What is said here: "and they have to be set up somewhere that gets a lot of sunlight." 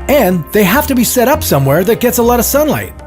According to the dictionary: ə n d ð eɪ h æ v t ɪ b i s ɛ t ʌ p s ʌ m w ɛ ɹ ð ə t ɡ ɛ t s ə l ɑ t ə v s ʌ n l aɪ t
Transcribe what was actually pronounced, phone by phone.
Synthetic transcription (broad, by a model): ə n ð eɪ h æ f t ɪ b i s ɛ t ʌ p s ʌ m w ɛ ɹ ð ə t ɡ ɛ t s ə l ɑ t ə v s ʌ n l aɪ t